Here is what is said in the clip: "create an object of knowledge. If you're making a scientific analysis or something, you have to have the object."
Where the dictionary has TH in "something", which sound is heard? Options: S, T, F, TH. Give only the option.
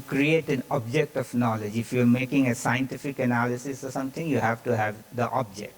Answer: T